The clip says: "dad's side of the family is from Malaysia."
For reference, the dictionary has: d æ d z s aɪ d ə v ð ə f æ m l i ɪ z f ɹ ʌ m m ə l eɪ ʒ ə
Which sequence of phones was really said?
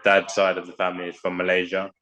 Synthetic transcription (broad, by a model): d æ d s aɪ d ə v ð ə f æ m l i ɪ z f ɹ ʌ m m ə l eɪ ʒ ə